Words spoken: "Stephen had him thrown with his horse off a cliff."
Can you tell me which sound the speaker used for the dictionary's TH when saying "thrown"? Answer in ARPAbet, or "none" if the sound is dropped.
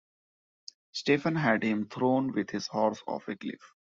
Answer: T